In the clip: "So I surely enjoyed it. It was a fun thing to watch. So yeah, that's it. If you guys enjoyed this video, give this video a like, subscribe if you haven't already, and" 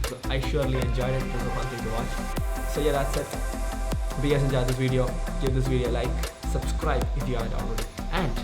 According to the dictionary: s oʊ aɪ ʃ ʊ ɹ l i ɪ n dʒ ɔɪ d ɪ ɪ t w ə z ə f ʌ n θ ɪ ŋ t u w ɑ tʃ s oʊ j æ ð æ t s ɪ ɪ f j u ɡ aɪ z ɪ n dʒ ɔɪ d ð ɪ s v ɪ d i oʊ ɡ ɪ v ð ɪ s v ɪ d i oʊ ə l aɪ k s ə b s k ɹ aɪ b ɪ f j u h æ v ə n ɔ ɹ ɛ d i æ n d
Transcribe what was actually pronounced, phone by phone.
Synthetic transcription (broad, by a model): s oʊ aɪ ʃ ʊ ɹ l i ɪ n dʒ ɔɪ d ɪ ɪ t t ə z ə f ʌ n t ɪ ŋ t u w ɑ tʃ s oʊ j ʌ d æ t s ɪ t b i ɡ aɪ s ɪ n dʒ ɔɪ d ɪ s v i d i oʊ ɡ ɪ v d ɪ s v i d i oʊ l aɪ k s ə b s k ɹ aɪ b ɪ f j u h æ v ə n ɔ l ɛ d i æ n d